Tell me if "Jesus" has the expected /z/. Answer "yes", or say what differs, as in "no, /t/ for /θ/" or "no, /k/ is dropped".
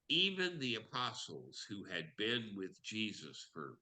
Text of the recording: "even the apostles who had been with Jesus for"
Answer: yes